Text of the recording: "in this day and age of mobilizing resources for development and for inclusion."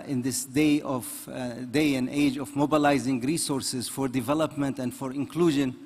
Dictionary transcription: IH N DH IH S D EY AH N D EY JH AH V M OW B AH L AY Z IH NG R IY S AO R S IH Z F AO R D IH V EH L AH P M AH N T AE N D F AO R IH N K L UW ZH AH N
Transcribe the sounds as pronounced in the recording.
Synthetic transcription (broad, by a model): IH N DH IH S D EY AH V D EY JH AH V M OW B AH L AY Z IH NG R IY S AO R S IH Z F AO R D IH V EH L AH P M AH N T AE N D F AO R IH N K L UW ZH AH N